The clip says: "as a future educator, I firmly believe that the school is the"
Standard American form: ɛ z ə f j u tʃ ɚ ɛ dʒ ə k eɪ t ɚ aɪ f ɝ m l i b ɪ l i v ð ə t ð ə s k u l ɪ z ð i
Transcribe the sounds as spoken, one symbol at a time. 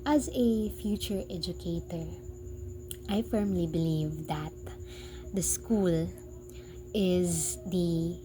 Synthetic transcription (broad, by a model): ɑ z ə f j u tʃ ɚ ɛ dʒ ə k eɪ t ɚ aɪ f ɝ m l i b ɪ l i v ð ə t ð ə s k u l ɪ z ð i